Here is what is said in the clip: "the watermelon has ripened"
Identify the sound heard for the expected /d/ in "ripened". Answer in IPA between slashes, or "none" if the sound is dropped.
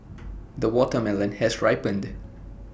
/d/